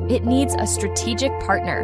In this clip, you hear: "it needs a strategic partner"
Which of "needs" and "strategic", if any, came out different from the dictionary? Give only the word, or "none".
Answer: none